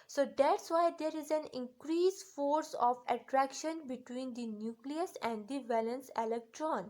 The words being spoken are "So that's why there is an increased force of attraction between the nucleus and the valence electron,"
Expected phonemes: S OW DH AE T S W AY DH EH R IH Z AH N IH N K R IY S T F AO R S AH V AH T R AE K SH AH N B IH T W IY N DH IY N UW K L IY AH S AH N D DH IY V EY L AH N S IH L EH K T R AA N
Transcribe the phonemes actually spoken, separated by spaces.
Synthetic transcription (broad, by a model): S OW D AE T S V AY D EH R IH Z AH N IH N K R IY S F AO R S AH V AH T R AE K SH AH N B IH T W IY N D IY N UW K L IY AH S AH N D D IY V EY L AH N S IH L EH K T R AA N